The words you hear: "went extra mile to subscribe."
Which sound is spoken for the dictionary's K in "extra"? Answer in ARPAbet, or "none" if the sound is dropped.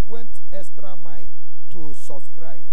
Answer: none